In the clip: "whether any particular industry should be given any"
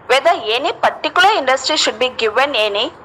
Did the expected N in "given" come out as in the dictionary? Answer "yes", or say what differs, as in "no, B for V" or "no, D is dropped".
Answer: yes